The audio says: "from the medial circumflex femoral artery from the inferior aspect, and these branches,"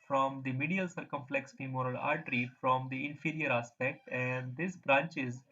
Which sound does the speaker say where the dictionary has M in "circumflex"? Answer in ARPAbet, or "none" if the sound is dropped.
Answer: M